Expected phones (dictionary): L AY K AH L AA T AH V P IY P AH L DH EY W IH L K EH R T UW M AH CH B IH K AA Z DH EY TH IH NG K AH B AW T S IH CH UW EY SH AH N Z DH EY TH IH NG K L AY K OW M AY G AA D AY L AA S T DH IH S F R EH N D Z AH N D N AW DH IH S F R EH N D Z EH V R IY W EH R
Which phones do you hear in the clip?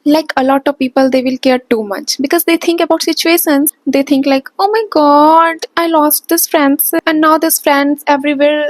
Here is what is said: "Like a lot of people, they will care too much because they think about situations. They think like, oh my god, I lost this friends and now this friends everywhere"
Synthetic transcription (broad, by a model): L AY K AH L AA T AH V P IY P AH L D EY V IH L K EH R T UW M AH CH B IH K AA Z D EY T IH NG K AH B AW T S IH CH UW EY SH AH N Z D EY T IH NG K L AY K OW M AY G AA D AY L AA S T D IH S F R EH N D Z AH N D N AW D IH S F R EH N D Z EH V R IY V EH R